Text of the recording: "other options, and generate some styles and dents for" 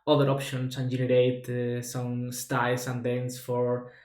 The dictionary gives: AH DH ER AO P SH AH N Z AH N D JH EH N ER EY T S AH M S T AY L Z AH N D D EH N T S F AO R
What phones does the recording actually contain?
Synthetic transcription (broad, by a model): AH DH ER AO P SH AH N S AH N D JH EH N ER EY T S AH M S T AY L S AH N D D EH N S F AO R